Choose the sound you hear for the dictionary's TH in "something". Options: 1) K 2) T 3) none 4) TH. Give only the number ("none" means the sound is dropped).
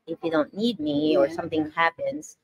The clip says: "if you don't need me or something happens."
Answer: 4